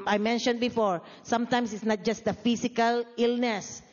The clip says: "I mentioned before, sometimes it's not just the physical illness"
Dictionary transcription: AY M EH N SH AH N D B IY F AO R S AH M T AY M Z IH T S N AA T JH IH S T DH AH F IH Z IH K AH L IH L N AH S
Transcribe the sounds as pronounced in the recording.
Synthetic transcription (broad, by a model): AY M EH N SH AH N D B IY F AO R S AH M T AY M S IH T S N AA T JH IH S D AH F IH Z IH K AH L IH L N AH S